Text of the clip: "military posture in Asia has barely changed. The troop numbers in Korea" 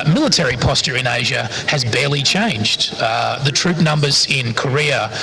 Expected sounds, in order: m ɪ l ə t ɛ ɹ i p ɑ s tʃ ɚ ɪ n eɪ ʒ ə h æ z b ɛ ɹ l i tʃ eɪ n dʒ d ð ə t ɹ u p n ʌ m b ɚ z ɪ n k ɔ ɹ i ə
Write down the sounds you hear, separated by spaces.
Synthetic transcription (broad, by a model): m ɪ l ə t ɛ ɹ i p ɑ s tʃ ɚ ɪ n eɪ ʒ ə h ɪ z b ɛ ɹ l i tʃ eɪ n dʒ d ð ə t ɹ u p n ʌ m b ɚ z ɪ n k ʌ ɹ i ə